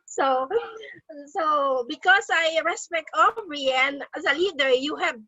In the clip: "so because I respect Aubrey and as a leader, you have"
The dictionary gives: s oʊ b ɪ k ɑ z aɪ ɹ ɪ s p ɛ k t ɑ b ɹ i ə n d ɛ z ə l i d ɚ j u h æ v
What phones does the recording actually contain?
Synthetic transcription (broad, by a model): s oʊ b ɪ k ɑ s aɪ ɹ ɪ s p ɛ k t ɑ ɹ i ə n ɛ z ə l i d ɚ j u h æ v